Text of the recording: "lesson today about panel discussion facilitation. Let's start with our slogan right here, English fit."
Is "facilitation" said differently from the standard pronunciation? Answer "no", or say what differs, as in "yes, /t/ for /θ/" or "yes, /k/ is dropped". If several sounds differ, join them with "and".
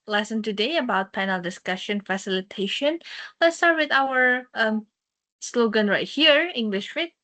no